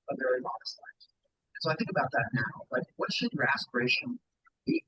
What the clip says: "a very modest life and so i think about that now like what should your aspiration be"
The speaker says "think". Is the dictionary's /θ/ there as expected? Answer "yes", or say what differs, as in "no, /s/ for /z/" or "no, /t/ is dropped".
yes